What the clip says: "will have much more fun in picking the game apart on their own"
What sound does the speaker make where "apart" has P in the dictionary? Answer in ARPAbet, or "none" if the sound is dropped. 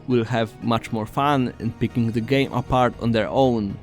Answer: P